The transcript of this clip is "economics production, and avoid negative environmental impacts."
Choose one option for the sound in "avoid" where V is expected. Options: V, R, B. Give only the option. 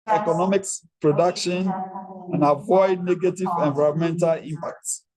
V